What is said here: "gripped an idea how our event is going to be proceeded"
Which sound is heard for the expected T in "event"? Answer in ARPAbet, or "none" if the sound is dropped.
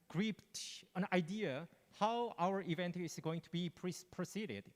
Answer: T